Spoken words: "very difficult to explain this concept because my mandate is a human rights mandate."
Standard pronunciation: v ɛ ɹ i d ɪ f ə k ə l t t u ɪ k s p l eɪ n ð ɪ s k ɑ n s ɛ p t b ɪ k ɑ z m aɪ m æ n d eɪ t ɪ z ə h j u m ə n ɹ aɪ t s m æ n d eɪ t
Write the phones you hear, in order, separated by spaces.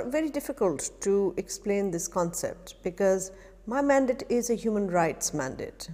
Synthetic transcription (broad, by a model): v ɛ ɹ i d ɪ f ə k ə l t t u ɪ k s p l eɪ n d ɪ s k ɑ n s ɛ p t b ɪ k ɑ z m aɪ m æ n d eɪ t ɪ z ə h j u m ə n ɹ aɪ t s m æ n d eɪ t